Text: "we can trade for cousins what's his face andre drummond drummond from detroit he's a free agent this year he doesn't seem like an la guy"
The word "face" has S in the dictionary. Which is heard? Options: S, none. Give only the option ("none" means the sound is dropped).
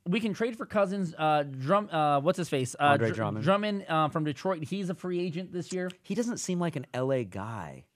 S